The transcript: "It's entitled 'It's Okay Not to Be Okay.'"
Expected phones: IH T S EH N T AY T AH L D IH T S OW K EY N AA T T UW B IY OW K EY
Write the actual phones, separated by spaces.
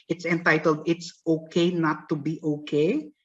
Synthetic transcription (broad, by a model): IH T S EH N T AY T AH L D IH T S OW K EY N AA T T UW B IY OW K EY